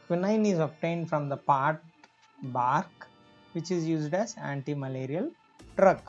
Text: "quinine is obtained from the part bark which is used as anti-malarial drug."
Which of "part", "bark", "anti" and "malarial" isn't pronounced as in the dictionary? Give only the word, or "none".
none